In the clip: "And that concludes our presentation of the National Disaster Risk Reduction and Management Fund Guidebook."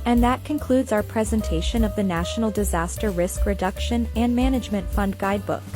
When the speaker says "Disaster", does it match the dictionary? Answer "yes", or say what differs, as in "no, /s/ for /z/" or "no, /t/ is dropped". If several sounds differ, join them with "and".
yes